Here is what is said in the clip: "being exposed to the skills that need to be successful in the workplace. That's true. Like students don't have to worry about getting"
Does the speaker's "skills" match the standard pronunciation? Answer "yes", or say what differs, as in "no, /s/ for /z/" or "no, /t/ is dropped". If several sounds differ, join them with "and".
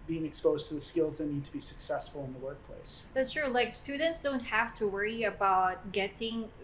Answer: yes